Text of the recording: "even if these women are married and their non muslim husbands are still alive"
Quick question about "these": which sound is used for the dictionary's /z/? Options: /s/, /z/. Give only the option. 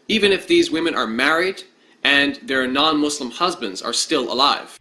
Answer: /z/